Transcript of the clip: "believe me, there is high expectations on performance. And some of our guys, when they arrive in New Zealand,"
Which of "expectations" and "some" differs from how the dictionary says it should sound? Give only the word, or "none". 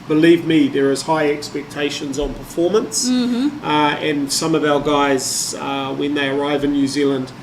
none